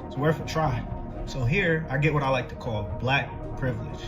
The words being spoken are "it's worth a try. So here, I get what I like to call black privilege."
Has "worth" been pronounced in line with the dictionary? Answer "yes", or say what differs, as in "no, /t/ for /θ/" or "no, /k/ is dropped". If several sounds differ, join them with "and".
no, /f/ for /θ/